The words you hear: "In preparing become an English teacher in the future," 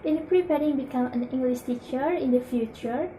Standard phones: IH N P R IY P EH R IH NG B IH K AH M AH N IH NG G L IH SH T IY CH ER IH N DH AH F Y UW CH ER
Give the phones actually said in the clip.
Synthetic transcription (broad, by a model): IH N P R IY P EH R IH NG B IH K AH M AH N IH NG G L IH S T IY CH ER IH N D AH F Y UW CH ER